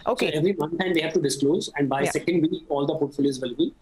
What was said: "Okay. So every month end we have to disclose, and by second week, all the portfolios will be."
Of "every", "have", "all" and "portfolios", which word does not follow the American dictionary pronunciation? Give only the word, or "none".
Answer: portfolios